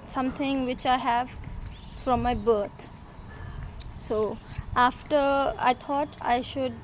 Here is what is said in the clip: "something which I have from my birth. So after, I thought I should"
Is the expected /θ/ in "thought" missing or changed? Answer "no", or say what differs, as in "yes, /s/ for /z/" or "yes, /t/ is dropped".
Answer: yes, /t/ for /θ/